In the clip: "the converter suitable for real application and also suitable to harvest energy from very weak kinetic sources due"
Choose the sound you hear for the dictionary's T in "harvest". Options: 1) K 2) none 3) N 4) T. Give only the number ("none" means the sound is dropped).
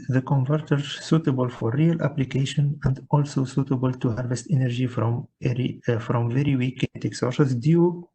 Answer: 4